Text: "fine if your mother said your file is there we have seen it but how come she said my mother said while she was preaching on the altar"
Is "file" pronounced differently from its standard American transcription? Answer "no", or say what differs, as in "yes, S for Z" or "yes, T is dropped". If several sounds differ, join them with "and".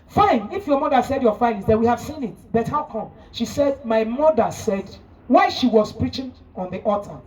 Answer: yes, N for L